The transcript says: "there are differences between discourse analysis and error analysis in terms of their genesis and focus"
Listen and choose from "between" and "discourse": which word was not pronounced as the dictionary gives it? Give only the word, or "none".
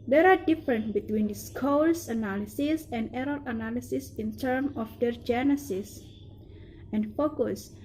discourse